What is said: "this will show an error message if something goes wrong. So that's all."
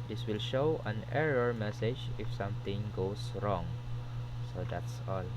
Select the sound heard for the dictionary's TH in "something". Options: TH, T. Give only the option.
T